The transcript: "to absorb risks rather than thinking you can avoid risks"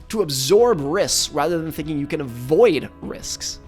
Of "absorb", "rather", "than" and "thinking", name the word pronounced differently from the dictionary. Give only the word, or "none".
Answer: none